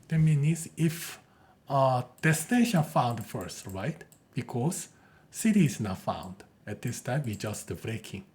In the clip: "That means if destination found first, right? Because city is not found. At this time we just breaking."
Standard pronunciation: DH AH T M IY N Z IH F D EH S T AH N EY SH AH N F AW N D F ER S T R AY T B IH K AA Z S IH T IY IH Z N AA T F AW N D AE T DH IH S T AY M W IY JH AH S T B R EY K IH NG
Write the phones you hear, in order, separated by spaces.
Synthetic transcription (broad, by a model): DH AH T M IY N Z IH F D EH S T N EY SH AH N F AW N D F ER S T R AY T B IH K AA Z S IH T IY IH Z N AA T F AW N D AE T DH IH S T AY M W IY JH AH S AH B R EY K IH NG